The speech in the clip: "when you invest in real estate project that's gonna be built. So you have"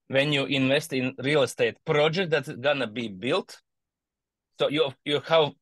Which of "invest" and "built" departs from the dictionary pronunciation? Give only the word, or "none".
none